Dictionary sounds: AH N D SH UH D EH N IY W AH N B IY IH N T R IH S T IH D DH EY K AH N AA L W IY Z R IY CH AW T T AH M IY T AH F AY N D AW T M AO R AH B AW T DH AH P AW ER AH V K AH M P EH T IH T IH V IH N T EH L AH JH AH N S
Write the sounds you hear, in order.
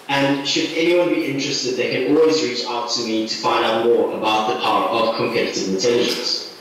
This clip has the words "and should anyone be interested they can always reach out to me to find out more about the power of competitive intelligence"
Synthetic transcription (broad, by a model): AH N SH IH D EH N IY W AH N B IY IH N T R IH S T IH D DH EY K AH N AA L W IY Z R IY CH AW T T AH M IY T AH F AY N D AW T M AO R AH B AW T DH AH P AW ER AH V K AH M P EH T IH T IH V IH N T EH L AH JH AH N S